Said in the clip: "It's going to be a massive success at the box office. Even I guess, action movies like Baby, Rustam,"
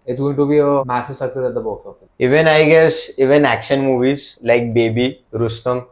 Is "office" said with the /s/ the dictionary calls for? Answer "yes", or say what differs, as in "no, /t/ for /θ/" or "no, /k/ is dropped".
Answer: no, /s/ is dropped